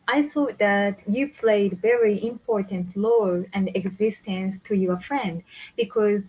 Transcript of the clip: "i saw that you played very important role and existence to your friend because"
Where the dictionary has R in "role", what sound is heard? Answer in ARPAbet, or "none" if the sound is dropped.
L